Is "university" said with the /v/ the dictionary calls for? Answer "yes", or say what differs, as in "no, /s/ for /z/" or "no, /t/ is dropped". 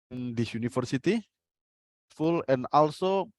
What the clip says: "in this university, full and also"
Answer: no, /f/ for /v/